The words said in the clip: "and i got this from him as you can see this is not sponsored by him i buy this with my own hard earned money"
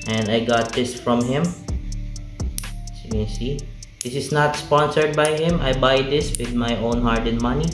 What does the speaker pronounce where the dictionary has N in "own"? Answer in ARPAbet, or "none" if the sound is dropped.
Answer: N